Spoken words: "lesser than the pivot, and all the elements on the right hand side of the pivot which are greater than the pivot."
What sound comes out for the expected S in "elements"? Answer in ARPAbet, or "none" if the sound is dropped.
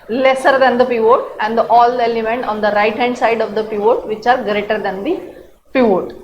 none